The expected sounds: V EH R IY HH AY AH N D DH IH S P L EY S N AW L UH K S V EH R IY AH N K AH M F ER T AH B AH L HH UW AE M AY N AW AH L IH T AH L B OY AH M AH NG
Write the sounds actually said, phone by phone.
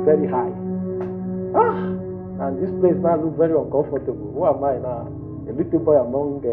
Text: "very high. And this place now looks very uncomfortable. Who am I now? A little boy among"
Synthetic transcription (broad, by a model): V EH R IY HH AY AH N D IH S P L EY S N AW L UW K V EH R IY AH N K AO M F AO T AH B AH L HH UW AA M AY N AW AH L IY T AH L B OY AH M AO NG